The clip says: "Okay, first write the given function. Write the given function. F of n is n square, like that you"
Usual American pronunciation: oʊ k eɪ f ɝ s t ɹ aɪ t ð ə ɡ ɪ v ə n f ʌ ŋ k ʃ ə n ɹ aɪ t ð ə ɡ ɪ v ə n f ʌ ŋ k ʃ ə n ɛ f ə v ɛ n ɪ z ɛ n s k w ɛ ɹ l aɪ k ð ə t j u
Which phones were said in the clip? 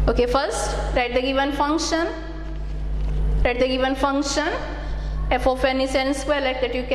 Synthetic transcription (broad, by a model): oʊ k eɪ f ɝ s t ɹ aɪ t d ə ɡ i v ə n f ʌ ŋ k ʃ ə n ɹ aɪ t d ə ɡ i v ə n f ʌ ŋ k ʃ ə n ɛ f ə f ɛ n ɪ s ɛ n s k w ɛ l aɪ k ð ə t j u